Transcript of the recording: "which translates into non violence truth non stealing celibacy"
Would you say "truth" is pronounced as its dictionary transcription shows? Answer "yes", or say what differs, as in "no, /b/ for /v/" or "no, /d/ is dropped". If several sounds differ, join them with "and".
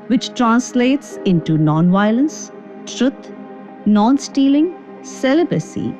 no, /t/ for /θ/